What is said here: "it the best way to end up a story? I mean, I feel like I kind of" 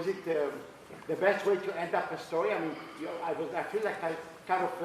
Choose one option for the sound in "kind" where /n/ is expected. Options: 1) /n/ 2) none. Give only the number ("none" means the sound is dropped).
2